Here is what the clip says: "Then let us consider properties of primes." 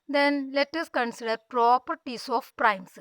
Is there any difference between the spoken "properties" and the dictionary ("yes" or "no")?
yes